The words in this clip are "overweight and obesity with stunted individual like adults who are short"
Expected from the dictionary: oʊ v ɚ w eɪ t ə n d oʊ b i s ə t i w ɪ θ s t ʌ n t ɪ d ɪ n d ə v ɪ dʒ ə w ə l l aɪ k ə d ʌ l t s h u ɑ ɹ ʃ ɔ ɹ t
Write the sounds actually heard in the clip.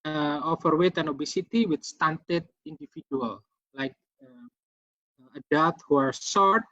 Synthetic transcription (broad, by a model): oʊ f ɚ w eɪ t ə n oʊ b i s ə t i w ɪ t s t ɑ n t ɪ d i n d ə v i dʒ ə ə l l aɪ k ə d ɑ t h u ɑ ɹ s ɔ ɹ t